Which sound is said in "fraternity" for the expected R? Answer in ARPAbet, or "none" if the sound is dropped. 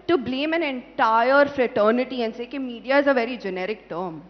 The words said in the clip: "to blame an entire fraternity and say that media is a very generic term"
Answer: R